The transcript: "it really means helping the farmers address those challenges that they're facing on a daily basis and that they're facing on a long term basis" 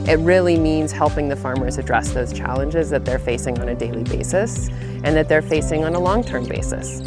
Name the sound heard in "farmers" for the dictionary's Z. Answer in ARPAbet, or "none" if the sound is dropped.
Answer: Z